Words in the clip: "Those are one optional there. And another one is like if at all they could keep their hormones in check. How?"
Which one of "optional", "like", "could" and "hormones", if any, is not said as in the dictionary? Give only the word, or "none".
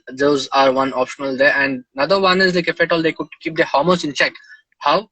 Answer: hormones